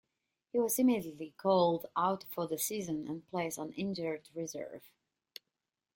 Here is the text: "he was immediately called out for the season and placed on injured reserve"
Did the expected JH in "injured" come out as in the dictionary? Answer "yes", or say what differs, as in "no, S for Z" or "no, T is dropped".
yes